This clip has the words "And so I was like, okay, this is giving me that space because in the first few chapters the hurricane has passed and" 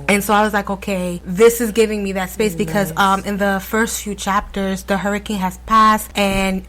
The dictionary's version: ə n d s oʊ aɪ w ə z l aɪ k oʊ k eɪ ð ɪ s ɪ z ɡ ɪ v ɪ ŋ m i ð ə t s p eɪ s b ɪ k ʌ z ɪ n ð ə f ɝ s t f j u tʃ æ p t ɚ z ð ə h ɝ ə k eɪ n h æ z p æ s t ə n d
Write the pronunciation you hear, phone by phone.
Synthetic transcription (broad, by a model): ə n s oʊ aɪ w ə z l aɪ k oʊ k eɪ ð ɪ s ɪ z ɡ ɪ v ɪ ŋ m i ð ə t s p eɪ s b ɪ k ʌ z ɪ n ð ə f ɝ s t f j u tʃ æ p t ɚ z ð ə h ɝ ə k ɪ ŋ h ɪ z p æ s t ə n